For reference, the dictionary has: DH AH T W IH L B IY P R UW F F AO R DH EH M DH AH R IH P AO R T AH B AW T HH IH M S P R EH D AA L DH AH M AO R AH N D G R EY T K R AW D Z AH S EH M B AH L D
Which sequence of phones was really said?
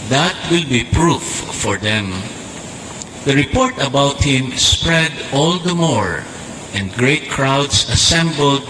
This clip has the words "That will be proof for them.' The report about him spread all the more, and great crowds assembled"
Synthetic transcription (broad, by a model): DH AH T W IH L B IY P R UW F F AO R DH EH M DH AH R IH P AO R T AH B AW T HH IH M S P R EH D AA L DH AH M AO R AH N D G R EY T K R AW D S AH S EH M B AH L D